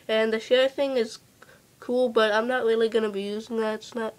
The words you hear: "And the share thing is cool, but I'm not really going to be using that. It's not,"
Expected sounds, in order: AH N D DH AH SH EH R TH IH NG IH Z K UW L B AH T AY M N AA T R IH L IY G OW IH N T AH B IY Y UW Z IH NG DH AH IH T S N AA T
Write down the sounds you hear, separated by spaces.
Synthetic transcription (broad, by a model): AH N DH AH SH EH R TH IH NG IH Z K UW L B AH T AY M N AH T R IH L IY G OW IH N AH B IY Y UW Z IH NG DH AH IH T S N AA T